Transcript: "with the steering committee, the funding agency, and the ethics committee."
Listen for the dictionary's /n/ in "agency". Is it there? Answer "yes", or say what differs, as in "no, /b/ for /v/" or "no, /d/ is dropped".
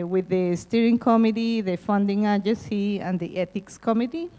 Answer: no, /n/ is dropped